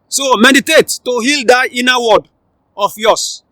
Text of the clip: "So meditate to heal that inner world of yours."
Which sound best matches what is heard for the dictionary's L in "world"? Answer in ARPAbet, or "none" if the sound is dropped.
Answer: none